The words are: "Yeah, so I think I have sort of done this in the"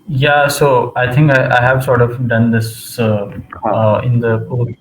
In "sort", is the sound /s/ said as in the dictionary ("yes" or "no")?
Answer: yes